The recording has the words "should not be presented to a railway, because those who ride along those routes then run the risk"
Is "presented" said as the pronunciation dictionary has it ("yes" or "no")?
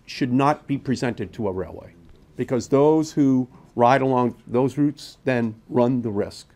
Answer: yes